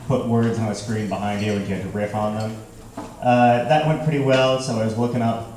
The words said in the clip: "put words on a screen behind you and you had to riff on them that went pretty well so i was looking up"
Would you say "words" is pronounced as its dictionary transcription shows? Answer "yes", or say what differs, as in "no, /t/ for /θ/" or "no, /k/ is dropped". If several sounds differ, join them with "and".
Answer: yes